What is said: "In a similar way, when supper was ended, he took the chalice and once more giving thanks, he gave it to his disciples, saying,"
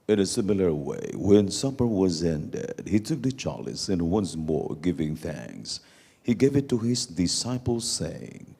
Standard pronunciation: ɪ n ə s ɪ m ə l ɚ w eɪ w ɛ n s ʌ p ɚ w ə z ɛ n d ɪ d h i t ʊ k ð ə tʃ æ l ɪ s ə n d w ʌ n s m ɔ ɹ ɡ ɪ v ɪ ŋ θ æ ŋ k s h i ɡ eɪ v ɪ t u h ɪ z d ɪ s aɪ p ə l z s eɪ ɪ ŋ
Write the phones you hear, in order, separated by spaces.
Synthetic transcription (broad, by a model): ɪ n ə s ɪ m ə l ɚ w eɪ w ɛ n s ʌ p ɚ w ə z ɛ n d ɪ d h i t ʊ k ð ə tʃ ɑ l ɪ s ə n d w ʌ n s m ɔ ɹ ɡ ɪ v ɪ ŋ θ æ ŋ k s h i ɡ eɪ v ɪ t u h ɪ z d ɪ s aɪ p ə l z s eɪ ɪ ŋ